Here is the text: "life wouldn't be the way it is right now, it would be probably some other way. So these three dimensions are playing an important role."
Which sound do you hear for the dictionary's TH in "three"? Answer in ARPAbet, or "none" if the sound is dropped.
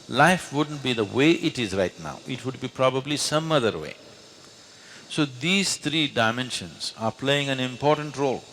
T